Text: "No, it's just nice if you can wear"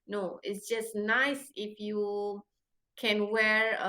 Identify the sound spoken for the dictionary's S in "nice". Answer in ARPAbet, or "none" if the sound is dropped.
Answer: S